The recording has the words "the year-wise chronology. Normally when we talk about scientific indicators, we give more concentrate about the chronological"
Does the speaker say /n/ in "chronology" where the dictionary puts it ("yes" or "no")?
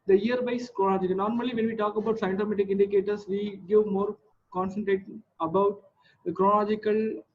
no